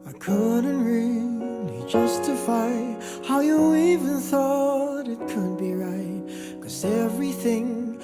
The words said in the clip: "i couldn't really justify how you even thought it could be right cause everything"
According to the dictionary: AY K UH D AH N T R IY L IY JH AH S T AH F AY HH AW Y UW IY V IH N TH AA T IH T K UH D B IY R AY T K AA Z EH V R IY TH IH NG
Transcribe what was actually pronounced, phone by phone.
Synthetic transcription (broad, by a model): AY K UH D N T R IY L IY JH AH S T AH F AY HH AW Y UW IY V IH N TH AA T IH T K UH D B IY R AY T K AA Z EH V R IY TH IH NG